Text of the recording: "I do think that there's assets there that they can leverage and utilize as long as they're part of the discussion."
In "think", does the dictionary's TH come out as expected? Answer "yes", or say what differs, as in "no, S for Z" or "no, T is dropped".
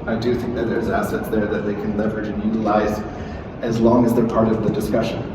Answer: yes